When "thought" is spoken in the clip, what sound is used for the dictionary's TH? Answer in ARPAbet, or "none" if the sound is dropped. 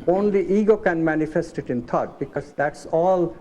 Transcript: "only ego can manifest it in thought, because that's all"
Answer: T